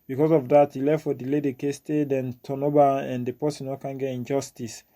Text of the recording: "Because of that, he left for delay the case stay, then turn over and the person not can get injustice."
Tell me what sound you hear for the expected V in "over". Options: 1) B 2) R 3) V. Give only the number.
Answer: 1